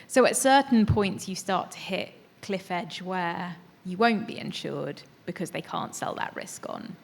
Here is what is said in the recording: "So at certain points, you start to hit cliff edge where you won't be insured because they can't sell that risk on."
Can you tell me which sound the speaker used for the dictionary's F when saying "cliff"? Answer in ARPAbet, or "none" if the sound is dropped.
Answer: F